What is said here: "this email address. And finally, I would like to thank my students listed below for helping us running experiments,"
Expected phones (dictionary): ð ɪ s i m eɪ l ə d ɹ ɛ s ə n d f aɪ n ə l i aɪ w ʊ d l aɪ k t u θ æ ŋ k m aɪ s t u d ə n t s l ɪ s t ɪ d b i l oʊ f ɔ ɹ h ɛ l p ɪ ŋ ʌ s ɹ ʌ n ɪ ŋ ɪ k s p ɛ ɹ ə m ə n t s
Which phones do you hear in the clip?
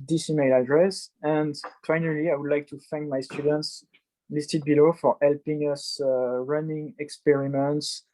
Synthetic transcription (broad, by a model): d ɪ s i m eɪ l ə d ɹ ɛ s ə n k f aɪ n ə l i aɪ w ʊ d l aɪ k t u f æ ŋ k m aɪ s t u d ə n t s l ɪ s t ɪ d b i l oʊ f ɔ ɹ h ɛ l p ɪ ŋ ʌ s ɹ ʌ n ɪ ŋ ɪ k s p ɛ ɹ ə m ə n t s